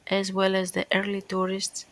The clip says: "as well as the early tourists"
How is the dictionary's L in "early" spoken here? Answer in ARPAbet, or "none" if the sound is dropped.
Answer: L